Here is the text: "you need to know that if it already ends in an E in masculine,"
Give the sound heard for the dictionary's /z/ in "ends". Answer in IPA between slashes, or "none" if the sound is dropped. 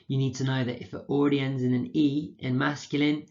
/z/